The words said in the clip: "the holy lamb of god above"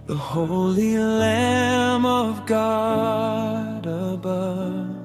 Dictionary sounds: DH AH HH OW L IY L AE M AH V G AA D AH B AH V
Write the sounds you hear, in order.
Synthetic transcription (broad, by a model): DH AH HH OW L IY L AE M AH V G AA D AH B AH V